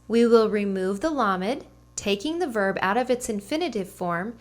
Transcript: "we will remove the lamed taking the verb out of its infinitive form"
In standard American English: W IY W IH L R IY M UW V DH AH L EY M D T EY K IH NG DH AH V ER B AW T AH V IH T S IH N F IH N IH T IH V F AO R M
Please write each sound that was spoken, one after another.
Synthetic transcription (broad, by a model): W IY W IH L R IY M UW V DH AH L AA M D T EY K IH NG DH AH V ER B AW T AH V IH T S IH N F IH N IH T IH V F AO R M